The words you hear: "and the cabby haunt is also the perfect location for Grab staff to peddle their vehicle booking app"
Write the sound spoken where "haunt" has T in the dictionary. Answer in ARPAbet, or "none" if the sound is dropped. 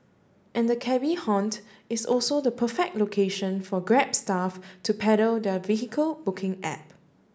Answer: T